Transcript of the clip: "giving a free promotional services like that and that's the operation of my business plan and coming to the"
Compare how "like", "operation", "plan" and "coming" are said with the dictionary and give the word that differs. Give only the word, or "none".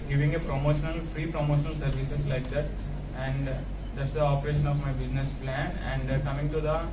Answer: none